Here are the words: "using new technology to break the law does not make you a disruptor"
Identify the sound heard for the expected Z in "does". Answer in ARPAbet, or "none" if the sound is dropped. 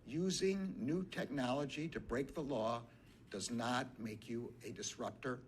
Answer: Z